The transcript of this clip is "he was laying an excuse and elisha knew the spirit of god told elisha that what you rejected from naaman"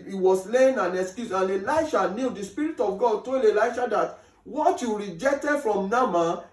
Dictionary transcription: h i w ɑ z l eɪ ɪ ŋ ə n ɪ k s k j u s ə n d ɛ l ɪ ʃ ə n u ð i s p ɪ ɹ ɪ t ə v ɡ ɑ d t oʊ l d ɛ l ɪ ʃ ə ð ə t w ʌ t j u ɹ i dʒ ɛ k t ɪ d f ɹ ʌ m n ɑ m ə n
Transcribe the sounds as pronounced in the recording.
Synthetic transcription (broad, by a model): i w ɑ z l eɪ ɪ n ə n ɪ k s k j u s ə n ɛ l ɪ ʃ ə n u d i s p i ɹ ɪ t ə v ɡ ɑ d t oʊ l ɛ l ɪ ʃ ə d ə t w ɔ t j u ɹ i dʒ ɛ k t ɪ d f ɹ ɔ m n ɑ m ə